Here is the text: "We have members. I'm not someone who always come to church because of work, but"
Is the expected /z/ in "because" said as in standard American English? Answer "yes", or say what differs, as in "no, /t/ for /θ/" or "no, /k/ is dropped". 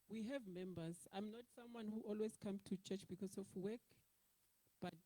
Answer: no, /s/ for /z/